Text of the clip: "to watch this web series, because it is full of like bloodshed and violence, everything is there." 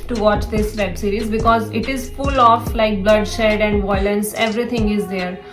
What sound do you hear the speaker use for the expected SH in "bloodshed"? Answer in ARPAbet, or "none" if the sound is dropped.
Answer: SH